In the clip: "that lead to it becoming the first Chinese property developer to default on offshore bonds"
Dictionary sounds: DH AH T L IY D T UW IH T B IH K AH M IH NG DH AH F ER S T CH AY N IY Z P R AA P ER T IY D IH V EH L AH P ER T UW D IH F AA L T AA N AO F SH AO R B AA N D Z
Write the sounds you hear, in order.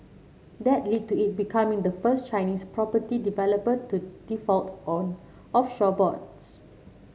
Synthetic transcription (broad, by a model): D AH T L IY D T UW IH T B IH K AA M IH NG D AH F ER S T CH AY N IY S P R AA P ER T IY D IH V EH L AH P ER T UW D IH F AA L T AA N AO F SH AO B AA D S